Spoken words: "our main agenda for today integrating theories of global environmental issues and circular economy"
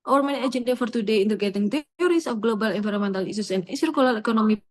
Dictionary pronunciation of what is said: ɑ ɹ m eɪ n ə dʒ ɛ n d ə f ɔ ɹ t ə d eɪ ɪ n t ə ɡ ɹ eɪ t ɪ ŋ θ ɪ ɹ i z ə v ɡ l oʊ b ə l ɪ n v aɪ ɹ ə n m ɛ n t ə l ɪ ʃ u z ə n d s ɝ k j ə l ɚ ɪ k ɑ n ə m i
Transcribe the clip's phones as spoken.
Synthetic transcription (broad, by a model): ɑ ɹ m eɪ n ə dʒ ɛ n d ə f ɔ ɹ t ə d eɪ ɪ n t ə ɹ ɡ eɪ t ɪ ŋ t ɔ ɹ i s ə f ɡ l oʊ b ə l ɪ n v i ɹ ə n m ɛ n t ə l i s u s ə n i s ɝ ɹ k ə l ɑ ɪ k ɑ n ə m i